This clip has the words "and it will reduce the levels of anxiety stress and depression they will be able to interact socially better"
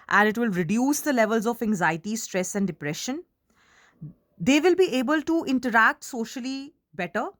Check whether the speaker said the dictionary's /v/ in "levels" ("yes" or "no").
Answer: yes